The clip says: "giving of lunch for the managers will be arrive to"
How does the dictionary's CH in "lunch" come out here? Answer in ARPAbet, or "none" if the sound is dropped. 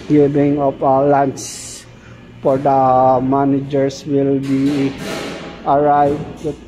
S